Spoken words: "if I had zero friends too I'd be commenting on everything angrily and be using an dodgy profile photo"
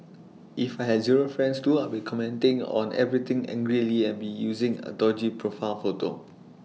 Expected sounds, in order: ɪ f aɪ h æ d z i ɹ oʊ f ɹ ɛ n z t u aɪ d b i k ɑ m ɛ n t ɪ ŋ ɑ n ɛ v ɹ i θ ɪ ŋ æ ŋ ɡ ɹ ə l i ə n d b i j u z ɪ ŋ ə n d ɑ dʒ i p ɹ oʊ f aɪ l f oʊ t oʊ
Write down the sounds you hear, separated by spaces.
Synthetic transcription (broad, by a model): ɪ f aɪ h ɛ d z i ɹ oʊ f ɹ ɛ n s t u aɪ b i k ɑ m ɛ n t ɪ ŋ ɑ n ɛ v ɹ i t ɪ ŋ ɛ ŋ ɡ ɹ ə l i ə n b i j u z ɪ ŋ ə d ɑ dʒ i p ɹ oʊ f aɪ n f oʊ t oʊ